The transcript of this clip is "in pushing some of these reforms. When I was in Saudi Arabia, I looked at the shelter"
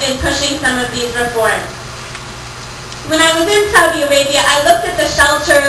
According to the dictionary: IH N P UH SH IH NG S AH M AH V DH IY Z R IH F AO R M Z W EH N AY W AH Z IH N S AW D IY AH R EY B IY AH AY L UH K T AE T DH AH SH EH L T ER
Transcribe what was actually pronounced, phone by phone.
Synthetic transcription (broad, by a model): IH N P UH SH IH NG S AH M AH V DH IY Z R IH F AO R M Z W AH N AY W AH Z IH N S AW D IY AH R EY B IY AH AY L UH K T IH T DH AH SH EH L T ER